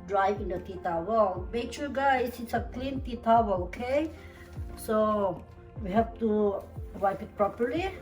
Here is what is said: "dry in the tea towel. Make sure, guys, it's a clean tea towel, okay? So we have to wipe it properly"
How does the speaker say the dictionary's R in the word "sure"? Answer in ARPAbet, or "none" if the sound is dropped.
L